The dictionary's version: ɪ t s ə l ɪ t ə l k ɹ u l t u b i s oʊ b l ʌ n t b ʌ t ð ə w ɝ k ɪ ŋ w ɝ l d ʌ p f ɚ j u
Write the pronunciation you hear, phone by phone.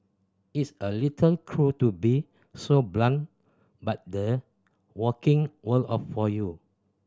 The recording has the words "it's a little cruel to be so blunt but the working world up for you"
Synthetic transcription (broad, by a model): ɪ t s ə l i t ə l k ɹ u t u b i s oʊ b l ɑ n b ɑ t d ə w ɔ k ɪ ŋ w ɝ l ɔ f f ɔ j u